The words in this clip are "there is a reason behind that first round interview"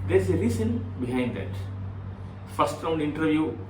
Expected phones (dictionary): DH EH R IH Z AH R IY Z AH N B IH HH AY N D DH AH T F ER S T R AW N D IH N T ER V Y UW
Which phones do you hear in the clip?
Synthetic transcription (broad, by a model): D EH R IH Z AH L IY S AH N B IH HH AY N D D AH T F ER S T R AW N D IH N T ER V Y UW